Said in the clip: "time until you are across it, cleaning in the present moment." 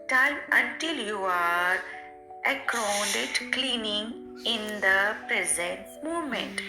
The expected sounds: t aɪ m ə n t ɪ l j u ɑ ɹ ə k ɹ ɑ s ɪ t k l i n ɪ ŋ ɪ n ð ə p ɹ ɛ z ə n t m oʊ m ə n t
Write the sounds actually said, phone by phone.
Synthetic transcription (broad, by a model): t aɪ m ə n t ɪ l j u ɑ ɹ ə k ɑ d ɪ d k l i n ɪ ŋ ɪ n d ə p ɹ ɛ z ə n t m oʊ m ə n t